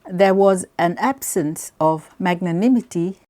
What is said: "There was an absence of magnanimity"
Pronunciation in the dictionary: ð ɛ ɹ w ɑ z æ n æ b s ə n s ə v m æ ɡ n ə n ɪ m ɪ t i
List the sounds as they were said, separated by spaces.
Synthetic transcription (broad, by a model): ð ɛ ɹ w ɑ z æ n æ b s ə n s ə v m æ ɡ n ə n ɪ m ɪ t i